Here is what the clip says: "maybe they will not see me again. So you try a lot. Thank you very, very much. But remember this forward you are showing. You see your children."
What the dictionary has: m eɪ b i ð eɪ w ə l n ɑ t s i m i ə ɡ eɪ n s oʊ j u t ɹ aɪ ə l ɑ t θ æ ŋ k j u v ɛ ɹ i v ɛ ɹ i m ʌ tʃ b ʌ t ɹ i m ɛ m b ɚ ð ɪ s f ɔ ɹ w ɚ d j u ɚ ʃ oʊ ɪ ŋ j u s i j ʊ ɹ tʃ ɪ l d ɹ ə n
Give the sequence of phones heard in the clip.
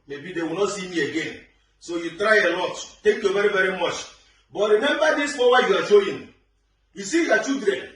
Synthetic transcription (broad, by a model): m eɪ b i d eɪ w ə n ɑ t s i m i ə ɡ eɪ n s oʊ j u t ɹ aɪ ə l ɑ t t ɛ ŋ k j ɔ v ɛ ɹ i v ɛ ɹ i m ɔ tʃ b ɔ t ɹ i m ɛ m b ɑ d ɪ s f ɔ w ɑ j u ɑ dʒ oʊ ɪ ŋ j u s i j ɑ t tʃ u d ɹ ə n